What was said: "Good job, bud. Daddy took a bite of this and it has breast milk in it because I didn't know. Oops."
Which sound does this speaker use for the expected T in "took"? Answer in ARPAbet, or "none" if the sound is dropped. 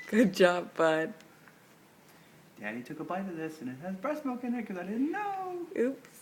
T